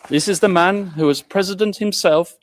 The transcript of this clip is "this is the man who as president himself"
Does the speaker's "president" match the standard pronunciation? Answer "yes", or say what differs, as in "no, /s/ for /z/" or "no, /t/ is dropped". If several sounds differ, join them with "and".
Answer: yes